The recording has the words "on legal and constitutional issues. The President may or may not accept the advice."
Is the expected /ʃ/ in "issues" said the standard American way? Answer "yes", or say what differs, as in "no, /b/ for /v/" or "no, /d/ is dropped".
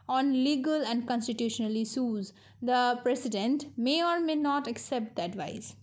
no, /s/ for /ʃ/